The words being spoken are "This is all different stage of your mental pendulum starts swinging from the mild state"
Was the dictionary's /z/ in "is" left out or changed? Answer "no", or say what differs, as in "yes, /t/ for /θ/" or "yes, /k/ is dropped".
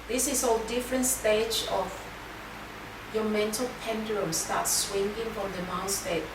yes, /s/ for /z/